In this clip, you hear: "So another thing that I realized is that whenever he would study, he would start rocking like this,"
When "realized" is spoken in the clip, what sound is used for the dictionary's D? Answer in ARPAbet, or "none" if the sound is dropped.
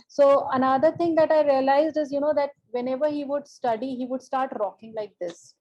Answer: D